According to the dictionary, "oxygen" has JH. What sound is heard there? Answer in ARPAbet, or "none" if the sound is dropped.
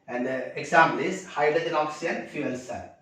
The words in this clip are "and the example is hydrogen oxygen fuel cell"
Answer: none